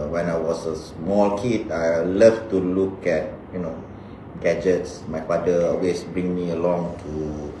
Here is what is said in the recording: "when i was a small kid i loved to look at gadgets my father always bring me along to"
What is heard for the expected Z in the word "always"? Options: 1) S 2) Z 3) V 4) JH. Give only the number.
1